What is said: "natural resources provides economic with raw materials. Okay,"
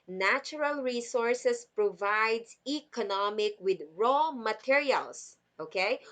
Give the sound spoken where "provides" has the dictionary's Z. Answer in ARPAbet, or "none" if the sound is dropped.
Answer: S